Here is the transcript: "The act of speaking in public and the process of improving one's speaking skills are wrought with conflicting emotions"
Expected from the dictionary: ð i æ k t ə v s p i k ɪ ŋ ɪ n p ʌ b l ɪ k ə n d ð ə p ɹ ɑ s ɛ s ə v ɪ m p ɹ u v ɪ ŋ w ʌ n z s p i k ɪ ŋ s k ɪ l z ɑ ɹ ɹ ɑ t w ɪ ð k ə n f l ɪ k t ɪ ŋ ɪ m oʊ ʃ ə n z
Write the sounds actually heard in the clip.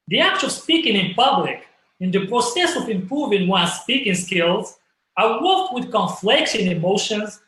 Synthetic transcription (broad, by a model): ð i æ k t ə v s p i k ɪ ŋ ɪ n p ʌ b l ɪ k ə n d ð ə p ɹ ɑ s ɛ s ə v ɪ m p ɹ u v ɪ ŋ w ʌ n s p i k ɪ ŋ s k ɪ l z ɑ ɹ w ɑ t w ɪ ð k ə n f l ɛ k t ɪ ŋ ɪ m oʊ ʃ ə n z